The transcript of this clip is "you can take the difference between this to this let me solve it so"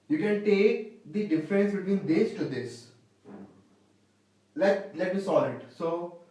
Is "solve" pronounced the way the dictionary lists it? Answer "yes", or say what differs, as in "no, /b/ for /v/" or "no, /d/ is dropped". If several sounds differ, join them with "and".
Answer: no, /v/ is dropped